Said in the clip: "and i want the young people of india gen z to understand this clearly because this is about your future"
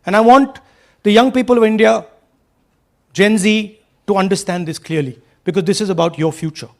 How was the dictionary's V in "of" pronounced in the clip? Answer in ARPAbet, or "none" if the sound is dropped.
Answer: V